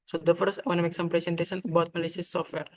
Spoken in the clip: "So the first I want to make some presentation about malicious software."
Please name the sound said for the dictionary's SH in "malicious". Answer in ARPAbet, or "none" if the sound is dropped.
S